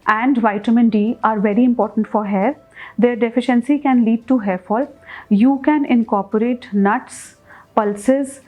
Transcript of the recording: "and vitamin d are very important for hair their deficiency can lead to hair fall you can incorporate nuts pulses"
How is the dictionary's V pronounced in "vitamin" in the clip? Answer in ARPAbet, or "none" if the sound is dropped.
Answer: V